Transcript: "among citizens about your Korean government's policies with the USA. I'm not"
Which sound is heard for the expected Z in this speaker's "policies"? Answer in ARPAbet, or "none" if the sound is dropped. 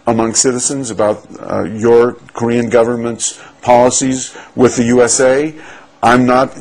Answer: Z